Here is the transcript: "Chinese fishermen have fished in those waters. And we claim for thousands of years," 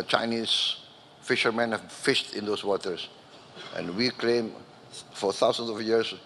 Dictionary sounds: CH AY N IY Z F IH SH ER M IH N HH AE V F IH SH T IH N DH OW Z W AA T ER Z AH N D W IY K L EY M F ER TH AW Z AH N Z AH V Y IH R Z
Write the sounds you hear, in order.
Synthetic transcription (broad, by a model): CH AY N IY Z F IH SH ER M IH N HH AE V F IH SH T IH N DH OW S W AA T ER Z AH N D W IY K L EY M F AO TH AW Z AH N S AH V Y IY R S